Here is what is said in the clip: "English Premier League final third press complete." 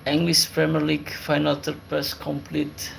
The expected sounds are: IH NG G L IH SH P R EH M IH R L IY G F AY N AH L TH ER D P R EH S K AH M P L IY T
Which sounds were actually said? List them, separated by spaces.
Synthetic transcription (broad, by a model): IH NG G L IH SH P R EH M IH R L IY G F AY N AH L T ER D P EH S K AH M P L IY T